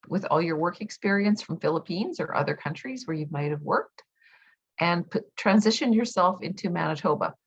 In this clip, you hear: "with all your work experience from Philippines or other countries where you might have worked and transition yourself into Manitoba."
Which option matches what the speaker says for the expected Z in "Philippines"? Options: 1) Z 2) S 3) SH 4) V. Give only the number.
1